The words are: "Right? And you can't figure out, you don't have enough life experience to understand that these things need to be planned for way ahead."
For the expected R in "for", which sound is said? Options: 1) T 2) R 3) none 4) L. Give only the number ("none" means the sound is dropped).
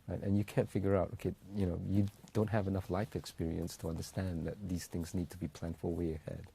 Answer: 4